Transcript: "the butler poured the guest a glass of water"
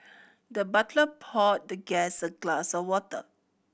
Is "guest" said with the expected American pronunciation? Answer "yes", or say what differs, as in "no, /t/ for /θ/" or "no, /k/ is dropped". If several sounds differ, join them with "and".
no, /t/ is dropped